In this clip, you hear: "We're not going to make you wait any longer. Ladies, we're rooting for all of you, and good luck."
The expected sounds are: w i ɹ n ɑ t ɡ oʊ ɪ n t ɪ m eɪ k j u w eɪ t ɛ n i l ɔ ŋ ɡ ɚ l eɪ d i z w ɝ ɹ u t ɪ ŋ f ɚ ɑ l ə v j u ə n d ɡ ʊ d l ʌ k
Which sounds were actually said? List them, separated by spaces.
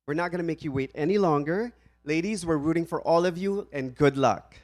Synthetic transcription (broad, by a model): w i ɹ n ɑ t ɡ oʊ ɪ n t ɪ m eɪ k j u w eɪ t ɛ n i l ɔ ŋ ɡ ɚ l eɪ d i z w ɝ ɹ u t ɪ ŋ f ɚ ɑ l ə v j u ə n ɡ ʊ d l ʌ k